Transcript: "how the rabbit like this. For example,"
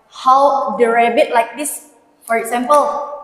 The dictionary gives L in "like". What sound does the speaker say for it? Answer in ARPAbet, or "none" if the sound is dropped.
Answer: L